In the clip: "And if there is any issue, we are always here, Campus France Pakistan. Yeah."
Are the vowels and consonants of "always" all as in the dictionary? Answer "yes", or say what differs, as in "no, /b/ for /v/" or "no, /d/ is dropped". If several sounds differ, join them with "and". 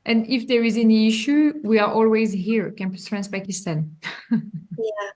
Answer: yes